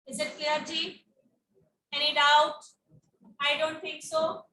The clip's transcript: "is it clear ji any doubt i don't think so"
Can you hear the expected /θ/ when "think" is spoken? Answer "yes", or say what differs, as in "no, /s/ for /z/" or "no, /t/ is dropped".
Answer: no, /t/ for /θ/